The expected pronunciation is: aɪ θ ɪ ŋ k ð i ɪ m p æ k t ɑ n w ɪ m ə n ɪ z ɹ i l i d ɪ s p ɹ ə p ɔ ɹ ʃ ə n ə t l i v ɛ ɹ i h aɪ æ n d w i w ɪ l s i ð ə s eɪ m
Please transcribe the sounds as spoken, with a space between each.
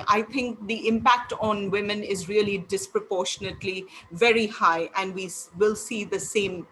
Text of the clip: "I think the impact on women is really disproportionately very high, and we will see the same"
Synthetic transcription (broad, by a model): aɪ t ɪ ŋ k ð i ɪ m p æ k t ɑ n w ɪ m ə n ɪ z ɹ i l i d ɪ s p ɹ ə p ɔ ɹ ʃ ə n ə t l i v ɛ ɹ i h aɪ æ n d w i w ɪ l s i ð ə s eɪ m